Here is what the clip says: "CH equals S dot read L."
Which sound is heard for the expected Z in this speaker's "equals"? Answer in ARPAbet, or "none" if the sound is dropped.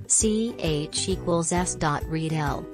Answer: Z